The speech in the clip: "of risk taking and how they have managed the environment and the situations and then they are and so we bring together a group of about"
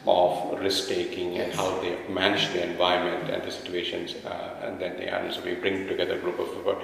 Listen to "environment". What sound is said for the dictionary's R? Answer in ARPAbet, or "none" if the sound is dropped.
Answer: none